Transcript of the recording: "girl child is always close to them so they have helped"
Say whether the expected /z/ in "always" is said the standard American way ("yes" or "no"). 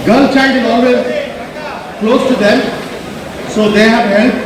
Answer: no